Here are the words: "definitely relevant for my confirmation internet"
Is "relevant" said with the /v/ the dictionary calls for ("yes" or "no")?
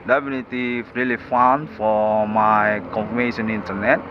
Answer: no